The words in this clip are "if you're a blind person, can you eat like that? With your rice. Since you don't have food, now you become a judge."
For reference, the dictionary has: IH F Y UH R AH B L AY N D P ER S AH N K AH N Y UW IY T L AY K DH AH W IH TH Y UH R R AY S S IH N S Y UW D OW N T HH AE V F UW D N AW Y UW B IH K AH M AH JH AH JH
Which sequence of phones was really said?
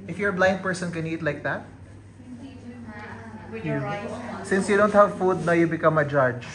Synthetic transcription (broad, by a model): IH F Y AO R AH B L AY N D P ER S AH N K AH N IY T L AY K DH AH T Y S S IH N S Y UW D OW N T HH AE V F UW D N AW Y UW B IH K AH M AH JH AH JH